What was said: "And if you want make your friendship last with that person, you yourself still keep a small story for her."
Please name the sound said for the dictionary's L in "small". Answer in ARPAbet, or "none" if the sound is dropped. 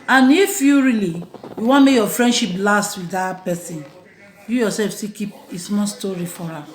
N